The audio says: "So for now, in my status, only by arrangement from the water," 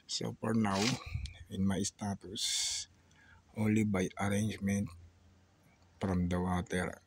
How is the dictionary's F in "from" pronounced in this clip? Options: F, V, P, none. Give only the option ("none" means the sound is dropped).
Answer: P